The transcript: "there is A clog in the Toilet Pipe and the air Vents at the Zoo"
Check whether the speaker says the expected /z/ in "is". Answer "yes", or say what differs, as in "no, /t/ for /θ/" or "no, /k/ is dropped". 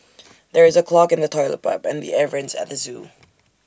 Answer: yes